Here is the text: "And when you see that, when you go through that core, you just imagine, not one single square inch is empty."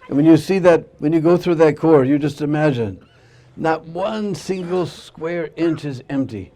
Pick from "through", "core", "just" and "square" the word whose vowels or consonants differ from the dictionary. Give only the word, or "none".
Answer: none